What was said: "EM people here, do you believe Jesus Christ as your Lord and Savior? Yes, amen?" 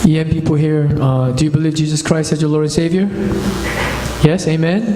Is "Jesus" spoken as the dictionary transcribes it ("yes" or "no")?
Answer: yes